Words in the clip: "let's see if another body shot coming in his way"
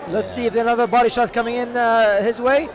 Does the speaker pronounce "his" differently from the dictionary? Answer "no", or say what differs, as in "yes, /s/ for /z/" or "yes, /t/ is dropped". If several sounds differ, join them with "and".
no